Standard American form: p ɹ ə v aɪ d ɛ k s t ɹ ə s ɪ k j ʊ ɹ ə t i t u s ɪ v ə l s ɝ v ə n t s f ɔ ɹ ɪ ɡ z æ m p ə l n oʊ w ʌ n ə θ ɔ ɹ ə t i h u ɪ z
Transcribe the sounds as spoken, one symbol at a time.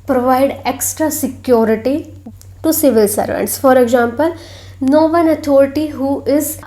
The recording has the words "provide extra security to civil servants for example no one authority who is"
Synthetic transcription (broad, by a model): p ɹ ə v aɪ d ɛ k s t ɹ ə s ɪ k j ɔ ɹ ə t i t u s ɪ v ə l s ɝ v ə n t s f ɔ ɹ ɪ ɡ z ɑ m p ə l n oʊ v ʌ n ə t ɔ ɹ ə t i h u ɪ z